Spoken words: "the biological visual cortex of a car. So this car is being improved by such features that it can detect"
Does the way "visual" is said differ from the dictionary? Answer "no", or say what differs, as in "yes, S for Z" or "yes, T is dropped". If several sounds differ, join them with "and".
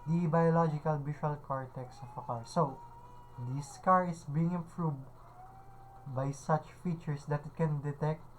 yes, SH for ZH